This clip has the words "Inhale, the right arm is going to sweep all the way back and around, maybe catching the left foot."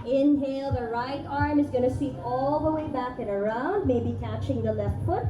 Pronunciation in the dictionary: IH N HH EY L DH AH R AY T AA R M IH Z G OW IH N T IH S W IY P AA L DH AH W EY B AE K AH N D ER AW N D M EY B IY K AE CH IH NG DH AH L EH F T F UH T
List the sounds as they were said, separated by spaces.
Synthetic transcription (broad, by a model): IH N HH EY L DH AH R AY T AA R M IH Z G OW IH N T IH S IY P AA L DH AH W EY B AE K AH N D ER AW N D M EY B IY K AE CH IH NG DH AH L EH F T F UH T